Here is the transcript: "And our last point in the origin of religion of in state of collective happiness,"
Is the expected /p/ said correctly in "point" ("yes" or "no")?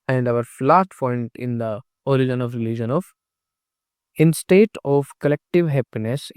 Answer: no